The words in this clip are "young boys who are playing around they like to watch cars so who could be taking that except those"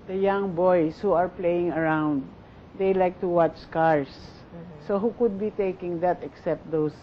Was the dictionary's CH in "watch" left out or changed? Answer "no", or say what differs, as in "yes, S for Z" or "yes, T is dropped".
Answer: no